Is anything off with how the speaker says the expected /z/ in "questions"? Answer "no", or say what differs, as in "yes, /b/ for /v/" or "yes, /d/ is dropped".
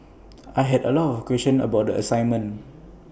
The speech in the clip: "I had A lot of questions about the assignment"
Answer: yes, /z/ is dropped